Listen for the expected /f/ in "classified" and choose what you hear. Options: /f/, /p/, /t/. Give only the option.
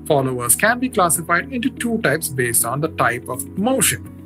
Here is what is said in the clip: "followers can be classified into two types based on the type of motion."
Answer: /f/